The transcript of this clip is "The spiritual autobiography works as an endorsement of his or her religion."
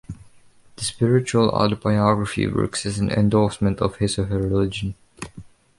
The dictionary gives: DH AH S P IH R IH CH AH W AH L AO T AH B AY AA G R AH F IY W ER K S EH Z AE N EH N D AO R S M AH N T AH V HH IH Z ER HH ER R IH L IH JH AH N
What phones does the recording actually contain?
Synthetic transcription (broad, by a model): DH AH S P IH R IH CH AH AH L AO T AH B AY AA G R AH F IY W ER K S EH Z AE N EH N D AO L S M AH N T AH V HH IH S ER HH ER R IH L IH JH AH N